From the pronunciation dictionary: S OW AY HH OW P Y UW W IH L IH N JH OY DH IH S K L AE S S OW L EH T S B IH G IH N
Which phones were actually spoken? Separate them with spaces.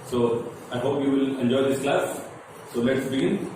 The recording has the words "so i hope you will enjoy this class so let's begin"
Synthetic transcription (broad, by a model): S OW AY HH OW P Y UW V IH L IH N JH OY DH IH S K L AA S S OW L EH T S B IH G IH N